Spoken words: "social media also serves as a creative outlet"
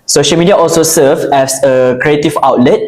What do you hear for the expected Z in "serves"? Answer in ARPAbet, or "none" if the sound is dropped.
none